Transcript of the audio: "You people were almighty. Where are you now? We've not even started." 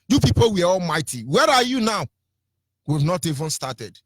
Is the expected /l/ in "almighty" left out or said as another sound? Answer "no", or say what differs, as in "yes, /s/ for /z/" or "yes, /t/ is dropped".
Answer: no